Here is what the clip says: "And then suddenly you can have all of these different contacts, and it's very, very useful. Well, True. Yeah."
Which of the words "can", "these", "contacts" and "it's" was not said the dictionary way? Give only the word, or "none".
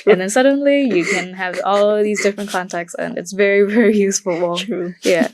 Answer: none